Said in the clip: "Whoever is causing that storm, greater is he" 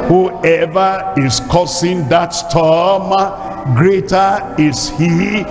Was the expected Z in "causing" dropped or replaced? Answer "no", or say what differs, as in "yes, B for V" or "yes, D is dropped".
yes, S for Z